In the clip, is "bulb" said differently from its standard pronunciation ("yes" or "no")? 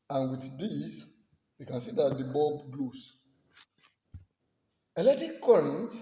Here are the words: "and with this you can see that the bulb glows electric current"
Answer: yes